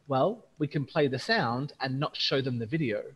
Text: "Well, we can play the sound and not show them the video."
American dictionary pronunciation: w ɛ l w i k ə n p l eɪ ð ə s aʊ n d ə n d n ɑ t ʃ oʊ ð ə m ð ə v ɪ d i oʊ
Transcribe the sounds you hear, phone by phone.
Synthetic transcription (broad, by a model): w ɛ l w i k ə n p l eɪ ð ə s aʊ n d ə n n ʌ t ʃ oʊ ð ə m ð ə v ɪ d i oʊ